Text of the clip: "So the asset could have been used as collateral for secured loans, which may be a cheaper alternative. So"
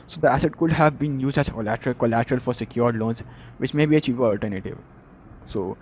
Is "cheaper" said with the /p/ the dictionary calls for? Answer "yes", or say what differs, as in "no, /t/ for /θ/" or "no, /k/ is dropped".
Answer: no, /p/ is dropped